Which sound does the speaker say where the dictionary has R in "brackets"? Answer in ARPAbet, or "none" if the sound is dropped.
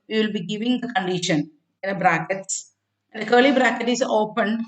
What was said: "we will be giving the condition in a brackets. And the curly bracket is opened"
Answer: R